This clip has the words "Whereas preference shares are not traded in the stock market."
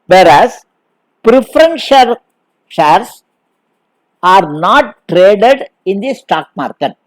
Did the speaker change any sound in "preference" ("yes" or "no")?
yes